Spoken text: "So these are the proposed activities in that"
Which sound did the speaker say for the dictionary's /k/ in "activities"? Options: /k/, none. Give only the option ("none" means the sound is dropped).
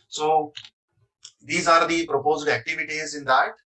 /k/